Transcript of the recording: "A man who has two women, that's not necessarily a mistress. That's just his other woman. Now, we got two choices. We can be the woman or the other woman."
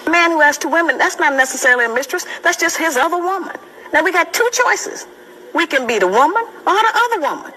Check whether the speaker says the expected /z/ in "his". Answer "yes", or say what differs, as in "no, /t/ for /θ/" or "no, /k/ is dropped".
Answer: yes